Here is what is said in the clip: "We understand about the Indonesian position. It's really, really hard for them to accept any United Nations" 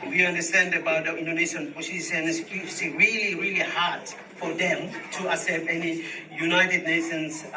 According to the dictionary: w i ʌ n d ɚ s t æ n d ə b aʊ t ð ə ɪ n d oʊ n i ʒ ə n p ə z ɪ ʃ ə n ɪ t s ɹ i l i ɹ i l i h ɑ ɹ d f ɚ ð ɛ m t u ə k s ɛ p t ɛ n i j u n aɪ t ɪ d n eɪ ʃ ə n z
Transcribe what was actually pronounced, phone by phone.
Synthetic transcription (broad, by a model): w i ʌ n d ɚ s t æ n d ə b aʊ t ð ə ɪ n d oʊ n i ʃ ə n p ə s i s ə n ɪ s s ɹ i l i ɹ i l i h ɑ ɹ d f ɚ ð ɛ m t u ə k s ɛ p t ɛ n i j u n aɪ t ɪ d n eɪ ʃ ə n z